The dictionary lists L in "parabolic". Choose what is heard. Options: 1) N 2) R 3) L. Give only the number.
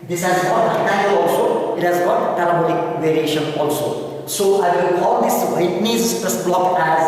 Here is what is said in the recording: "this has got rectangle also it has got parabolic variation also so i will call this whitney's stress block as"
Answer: 1